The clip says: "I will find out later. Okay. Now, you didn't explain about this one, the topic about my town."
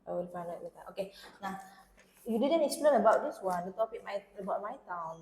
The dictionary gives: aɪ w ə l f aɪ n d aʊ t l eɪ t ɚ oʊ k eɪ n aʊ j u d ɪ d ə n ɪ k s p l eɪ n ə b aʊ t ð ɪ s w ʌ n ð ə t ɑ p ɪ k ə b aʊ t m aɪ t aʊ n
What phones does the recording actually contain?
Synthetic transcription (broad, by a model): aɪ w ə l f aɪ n aʊ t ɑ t oʊ k eɪ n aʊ j u d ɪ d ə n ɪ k s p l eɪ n ə b aʊ t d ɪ s w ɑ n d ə t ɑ p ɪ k ə b aʊ t m aɪ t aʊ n